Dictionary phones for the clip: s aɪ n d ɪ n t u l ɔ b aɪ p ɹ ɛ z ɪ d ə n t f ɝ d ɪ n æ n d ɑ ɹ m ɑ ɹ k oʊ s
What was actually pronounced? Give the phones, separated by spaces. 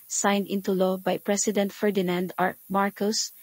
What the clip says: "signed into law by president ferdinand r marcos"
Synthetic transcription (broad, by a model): s aɪ n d ɪ n t u l ɔ b aɪ p ɹ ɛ s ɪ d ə n t f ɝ d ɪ n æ n d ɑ ɹ m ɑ ɹ k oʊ s